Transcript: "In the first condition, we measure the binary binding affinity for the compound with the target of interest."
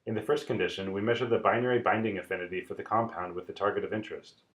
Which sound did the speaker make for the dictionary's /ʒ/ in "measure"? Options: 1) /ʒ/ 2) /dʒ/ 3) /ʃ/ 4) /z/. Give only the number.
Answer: 1